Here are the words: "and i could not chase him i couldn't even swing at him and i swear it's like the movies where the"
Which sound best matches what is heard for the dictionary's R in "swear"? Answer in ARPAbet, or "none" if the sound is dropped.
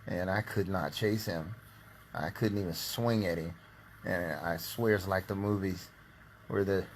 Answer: R